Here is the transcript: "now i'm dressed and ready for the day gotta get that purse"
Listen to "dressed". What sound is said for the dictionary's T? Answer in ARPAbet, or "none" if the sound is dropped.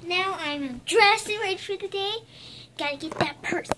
none